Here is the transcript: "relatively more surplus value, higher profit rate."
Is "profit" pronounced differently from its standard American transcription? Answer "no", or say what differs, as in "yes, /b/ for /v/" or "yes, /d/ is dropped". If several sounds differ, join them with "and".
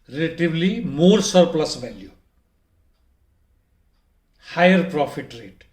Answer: yes, /p/ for /f/